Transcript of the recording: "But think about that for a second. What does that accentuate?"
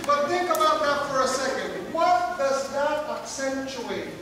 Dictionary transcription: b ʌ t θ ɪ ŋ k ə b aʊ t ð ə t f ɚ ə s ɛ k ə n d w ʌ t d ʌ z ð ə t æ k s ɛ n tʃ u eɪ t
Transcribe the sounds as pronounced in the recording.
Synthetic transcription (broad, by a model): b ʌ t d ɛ k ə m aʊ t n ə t f ɚ ə s ɛ k ə n d w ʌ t d ʌ z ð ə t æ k s ɛ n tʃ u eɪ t